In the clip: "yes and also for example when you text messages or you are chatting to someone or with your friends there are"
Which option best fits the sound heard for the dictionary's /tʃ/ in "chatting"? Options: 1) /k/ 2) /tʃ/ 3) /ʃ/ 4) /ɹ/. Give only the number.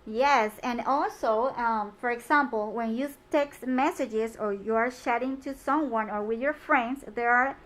3